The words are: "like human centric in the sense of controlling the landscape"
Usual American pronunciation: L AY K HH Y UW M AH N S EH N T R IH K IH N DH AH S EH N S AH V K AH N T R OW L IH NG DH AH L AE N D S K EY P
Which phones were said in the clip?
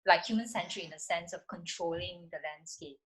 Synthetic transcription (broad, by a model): L AY K HH Y UW M AH N S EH N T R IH IH N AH S EH N S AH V K AH N T R OW L IH NG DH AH L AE N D S K EY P